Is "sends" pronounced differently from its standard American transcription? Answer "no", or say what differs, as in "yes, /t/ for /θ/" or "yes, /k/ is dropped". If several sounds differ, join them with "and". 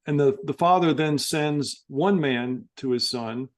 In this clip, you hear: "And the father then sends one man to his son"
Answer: no